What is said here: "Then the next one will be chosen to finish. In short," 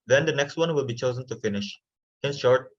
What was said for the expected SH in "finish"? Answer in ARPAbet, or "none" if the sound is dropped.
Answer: SH